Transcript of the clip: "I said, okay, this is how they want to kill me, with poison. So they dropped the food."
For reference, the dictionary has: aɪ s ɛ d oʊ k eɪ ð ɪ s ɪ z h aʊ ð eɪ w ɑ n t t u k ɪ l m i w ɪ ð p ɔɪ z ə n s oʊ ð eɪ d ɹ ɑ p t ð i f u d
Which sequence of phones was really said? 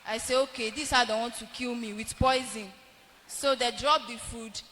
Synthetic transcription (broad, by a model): aɪ s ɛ oʊ k eɪ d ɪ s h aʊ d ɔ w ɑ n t t u k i l m i w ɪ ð p ɔɪ z ə n s oʊ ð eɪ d ɹ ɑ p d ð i f u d